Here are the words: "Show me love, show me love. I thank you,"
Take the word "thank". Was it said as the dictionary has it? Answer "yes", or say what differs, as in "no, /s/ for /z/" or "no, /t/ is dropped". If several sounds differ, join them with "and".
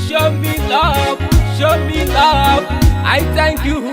no, /t/ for /θ/